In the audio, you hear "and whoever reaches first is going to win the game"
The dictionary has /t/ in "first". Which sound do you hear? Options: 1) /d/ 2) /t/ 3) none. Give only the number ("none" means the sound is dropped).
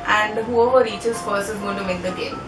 3